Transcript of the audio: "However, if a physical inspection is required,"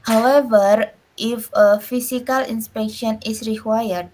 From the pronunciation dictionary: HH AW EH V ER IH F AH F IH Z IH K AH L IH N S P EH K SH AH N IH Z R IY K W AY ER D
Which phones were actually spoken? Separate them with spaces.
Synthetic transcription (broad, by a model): HH AW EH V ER IH F AH F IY S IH K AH L IH N S P EH K SH AH N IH S R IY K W AY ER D